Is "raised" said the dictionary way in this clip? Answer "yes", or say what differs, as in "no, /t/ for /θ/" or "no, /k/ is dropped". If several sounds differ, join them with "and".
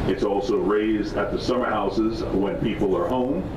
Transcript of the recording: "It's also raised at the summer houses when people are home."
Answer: yes